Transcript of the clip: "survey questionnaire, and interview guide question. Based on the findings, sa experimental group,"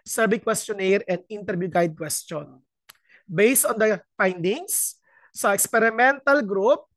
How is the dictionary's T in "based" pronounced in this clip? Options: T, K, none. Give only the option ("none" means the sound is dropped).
T